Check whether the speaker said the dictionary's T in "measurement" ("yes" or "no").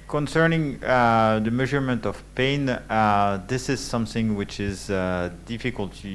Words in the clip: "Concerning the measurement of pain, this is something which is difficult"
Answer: yes